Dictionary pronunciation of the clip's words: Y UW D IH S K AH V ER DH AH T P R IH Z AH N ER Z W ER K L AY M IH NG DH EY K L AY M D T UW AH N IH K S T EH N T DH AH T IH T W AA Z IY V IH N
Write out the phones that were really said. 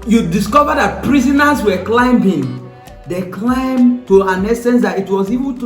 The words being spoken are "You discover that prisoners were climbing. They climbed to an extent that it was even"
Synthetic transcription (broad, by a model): Y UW D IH S K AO V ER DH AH T P R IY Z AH N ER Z W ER K L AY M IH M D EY K L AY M T UW AH N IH S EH N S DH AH T IH T W AA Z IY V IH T